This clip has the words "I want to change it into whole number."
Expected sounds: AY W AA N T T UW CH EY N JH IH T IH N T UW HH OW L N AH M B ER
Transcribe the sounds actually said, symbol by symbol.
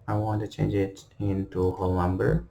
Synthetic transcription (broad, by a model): AY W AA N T T UW CH EY N JH IH T IH N T UW HH OW L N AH M B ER